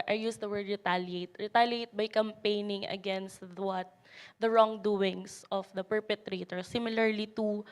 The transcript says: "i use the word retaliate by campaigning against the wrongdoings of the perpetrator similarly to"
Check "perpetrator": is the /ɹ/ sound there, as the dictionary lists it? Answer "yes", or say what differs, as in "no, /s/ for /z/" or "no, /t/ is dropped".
yes